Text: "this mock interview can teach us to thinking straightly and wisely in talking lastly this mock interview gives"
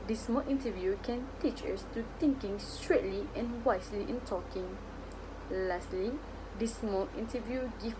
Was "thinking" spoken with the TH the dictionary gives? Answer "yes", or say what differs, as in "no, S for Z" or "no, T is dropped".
no, T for TH